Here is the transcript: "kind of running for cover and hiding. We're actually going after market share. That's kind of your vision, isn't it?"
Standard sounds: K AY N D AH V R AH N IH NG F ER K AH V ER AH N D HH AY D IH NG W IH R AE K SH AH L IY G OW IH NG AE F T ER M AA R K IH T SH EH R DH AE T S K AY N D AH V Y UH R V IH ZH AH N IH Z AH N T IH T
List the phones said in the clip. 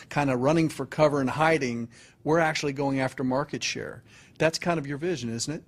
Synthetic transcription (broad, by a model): K AY N D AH R AH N IH NG F ER K AH V ER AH N HH AY D IH NG W IH R AE K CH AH L IY G OW IH NG AE F T ER M AA R K IH T SH EH R DH AE T S K AY N D AH V Y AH R V IH ZH AH N IH Z N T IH T